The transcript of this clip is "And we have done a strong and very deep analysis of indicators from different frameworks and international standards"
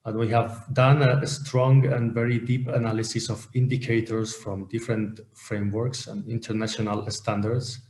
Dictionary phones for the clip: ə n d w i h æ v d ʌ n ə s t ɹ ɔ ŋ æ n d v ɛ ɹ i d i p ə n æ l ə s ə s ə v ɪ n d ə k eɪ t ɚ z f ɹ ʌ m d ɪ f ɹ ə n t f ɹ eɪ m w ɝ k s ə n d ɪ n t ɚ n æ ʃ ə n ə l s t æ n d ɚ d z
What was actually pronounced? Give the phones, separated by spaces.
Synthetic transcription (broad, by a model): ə n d w i h æ v d ʌ n ə s t ɹ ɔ ŋ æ n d v ɛ ɹ i d i p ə n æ l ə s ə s ə v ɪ n d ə k eɪ t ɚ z f ɹ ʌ m d ɪ f ɹ ə n t f ɹ eɪ m w ɝ k s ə n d ɪ n t ɚ n æ ʃ ə n ə l s t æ n d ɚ d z